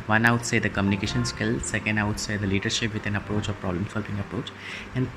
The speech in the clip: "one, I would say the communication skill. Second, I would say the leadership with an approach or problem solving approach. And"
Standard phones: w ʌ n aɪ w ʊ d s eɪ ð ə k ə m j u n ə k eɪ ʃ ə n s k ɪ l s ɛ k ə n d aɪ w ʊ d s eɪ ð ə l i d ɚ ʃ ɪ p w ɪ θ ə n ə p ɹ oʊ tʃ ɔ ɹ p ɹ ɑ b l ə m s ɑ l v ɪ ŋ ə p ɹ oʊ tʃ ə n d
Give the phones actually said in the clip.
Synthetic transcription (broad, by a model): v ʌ n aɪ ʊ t s eɪ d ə k ə m j u n ə k eɪ ʃ ə n s k ɪ l s ɛ k ə n d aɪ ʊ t s eɪ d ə l i d ɚ ʃ ɪ p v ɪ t ə n ə p ɹ oʊ tʃ ɔ ɹ p ɹ ɑ b l ə m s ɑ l p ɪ ŋ ə p ɹ oʊ tʃ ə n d